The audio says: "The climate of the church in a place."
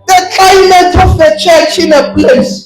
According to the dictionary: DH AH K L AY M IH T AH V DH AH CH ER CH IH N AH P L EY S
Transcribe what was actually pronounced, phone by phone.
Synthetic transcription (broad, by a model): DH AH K AY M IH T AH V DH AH CH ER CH IH N AH P L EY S